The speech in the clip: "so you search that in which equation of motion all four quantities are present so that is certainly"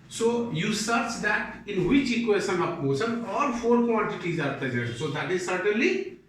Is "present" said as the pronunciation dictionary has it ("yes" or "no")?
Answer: no